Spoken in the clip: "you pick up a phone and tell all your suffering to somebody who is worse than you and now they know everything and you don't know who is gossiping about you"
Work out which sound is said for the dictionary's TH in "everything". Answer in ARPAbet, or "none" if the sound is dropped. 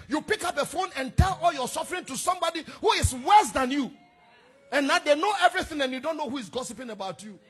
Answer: TH